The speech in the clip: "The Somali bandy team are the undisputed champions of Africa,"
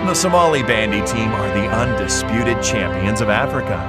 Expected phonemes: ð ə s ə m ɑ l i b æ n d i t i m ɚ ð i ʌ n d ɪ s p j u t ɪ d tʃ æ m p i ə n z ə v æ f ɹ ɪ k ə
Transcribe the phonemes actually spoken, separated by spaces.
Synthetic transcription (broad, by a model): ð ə s ə m ɑ l i b æ n d i t i m ɚ ð i ʌ n d ɪ s p j u t ɪ d tʃ æ m p i ə n z ə v æ f ɹ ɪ k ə